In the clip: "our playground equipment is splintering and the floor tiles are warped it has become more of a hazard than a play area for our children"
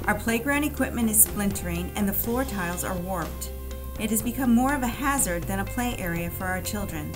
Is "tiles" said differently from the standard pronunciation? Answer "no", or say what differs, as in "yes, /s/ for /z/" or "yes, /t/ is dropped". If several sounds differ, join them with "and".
no